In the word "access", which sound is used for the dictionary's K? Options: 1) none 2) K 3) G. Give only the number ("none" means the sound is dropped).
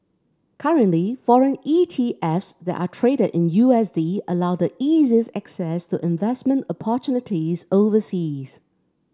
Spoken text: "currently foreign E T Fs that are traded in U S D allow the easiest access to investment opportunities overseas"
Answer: 2